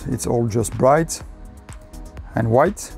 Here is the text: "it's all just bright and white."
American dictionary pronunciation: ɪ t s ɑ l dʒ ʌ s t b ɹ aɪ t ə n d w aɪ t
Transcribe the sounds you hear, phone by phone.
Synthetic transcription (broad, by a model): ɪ t s ɑ l dʒ ʌ s t b ɹ aɪ t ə n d w aɪ t